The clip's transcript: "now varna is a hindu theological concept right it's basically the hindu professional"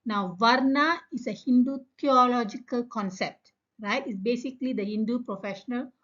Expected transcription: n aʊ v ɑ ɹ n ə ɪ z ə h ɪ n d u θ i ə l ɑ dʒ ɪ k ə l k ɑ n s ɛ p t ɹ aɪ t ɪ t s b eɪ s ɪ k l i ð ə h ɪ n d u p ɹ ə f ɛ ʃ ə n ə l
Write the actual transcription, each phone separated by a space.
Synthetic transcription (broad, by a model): n aʊ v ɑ ɹ n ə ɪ s ə h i n d u t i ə l ɑ dʒ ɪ k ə l k ɑ n s ɛ p t ɹ aɪ t ɪ t s b eɪ s ɪ k l i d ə h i n d u p ɹ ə f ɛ ʃ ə n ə l